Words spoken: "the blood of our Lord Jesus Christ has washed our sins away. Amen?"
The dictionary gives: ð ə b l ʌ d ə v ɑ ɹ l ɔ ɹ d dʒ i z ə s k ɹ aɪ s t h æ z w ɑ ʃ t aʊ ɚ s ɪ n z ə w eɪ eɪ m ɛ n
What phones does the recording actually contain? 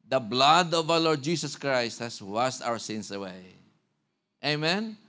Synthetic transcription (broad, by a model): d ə b l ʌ d ə v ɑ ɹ l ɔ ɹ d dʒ i s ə s k ɹ aɪ s t h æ s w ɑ s t aʊ ɚ s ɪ n s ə w eɪ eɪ m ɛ n